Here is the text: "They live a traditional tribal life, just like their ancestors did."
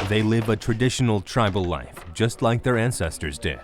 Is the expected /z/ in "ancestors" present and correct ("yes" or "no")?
yes